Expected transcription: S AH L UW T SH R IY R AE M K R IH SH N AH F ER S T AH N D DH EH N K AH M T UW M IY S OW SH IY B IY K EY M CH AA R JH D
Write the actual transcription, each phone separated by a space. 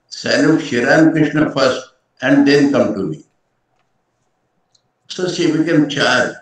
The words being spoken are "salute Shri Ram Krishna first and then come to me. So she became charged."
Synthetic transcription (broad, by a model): S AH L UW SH IY R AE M K R IH SH N AH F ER S T AH N D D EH N K AH M T UW M IY S OW S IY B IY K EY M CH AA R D